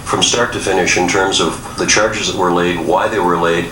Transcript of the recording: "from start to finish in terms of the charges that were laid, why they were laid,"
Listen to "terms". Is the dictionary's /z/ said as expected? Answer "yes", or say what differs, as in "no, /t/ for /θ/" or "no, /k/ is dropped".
yes